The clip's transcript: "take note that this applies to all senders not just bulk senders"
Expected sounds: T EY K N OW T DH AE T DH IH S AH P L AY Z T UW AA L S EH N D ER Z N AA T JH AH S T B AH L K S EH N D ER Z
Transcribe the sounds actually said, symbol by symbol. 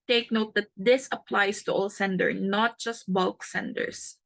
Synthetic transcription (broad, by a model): T EY K N OW T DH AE T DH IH S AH P L AY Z T UW AA L S EH N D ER N AA T JH AH S T B AH L K S EH N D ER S